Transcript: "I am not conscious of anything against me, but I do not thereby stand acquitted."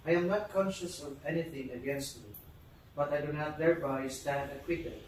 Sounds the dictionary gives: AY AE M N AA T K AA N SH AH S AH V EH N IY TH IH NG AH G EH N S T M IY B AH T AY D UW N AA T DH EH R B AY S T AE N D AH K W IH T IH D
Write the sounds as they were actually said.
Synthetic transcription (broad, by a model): AY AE M N AA T K AA N SH AH S AH V EH N IY TH IH NG AH G EH N S T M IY B AH T AY D UW N AA T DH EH R B AY S T AE N D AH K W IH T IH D